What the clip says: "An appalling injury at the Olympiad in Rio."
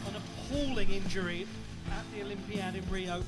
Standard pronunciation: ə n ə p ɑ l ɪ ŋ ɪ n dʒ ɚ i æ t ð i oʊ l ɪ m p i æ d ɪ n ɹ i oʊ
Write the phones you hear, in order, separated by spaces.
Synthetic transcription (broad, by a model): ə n ə p ɑ l ɪ ŋ ɪ n dʒ ɚ i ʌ t ð i oʊ l ɪ m p i æ d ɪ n ɹ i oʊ